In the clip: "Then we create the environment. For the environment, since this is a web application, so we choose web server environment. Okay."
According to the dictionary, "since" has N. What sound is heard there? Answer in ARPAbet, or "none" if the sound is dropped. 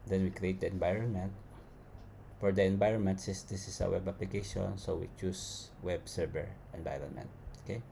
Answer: none